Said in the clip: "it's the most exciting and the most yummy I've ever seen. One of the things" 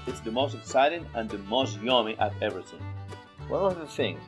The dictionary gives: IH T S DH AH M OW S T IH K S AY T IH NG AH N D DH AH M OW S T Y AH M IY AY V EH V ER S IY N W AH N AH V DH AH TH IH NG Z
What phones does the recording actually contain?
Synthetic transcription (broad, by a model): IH T S DH AH M OW S T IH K S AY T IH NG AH N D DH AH M OW S T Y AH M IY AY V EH V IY TH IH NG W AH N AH DH AH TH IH NG